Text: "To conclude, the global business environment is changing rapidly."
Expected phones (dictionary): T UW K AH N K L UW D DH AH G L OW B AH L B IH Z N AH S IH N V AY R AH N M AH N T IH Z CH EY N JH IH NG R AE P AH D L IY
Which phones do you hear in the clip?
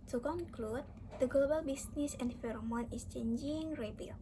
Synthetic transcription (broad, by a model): T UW K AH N K L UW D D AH G L OW B AH L B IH S N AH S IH N F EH R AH M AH N IH S CH EY N JH IH NG R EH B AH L